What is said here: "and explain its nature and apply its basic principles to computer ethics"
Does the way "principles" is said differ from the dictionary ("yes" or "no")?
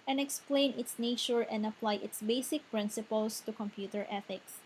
yes